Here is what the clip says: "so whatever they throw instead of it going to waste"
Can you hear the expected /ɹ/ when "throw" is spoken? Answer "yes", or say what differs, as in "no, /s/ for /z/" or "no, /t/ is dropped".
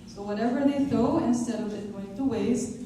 no, /ɹ/ is dropped